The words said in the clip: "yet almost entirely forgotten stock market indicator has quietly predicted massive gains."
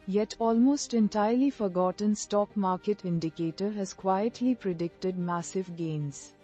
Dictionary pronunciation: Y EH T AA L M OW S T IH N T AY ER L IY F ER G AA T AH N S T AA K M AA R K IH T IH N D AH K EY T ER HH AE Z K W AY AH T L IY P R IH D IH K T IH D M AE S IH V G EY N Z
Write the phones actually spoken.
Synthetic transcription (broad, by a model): Y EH T AA L M OW S T IH N T AY ER L IY F ER G AA T AH N S T AA K M AA R K IH T IH N D AH K EY T ER HH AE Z K W AY AH T L IY P R IH D IH K T IH D M AE S IH V G EY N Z